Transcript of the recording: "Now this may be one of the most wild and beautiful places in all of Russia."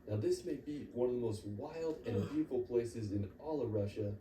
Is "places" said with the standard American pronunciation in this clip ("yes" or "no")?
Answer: yes